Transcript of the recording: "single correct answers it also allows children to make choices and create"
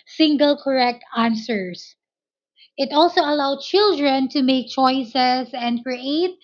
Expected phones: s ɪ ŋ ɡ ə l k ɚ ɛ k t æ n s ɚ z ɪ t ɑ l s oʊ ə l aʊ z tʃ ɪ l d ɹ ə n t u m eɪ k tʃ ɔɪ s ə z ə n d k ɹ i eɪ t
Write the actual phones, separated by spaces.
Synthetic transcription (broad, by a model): s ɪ ŋ ɡ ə l k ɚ ɛ k t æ n s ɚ s ɪ t ɑ l s oʊ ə l aʊ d tʃ ɪ l d ɹ ə n t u m eɪ k tʃ ɔɪ s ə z ə n d k ɹ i eɪ t